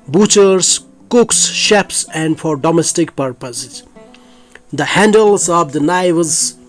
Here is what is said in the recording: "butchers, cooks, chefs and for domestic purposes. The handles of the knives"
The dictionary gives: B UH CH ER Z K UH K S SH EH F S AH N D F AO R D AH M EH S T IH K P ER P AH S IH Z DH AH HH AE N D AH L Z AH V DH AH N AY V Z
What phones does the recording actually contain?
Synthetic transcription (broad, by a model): B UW CH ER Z K UH K S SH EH P S AH N D F AO R D AH M EH S T IH K P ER P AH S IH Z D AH HH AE N D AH L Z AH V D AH N AY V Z